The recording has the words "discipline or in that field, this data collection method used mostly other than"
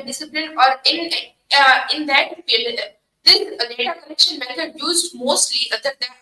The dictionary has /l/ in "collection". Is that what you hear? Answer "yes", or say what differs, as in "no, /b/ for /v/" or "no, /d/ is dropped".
no, /n/ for /l/